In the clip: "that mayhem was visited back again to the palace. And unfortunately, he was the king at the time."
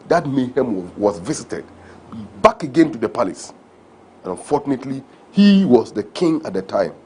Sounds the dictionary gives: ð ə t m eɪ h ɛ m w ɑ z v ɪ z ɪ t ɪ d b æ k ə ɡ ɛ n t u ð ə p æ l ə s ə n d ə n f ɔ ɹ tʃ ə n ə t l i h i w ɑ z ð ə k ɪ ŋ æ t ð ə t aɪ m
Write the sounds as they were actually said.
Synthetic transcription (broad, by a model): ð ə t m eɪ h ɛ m w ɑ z v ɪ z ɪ t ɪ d b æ k ə ɡ ɛ n t u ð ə p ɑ l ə s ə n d ə n f ɔ ɹ tʃ ə n ə t l i h i w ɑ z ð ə k ɪ ŋ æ t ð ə t aɪ m